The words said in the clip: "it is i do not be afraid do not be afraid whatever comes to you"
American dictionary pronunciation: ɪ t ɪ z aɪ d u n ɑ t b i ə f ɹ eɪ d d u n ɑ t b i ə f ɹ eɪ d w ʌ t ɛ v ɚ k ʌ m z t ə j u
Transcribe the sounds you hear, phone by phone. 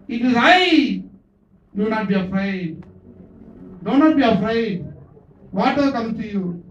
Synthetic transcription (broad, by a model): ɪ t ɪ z aɪ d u n ɑ t b i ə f ɹ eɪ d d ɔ n ɑ t b i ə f ɹ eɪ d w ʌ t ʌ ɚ k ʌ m t ə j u